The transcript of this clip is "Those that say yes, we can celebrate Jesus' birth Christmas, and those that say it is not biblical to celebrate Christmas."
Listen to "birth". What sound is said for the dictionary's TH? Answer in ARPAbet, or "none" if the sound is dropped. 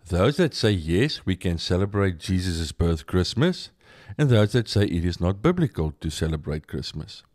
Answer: TH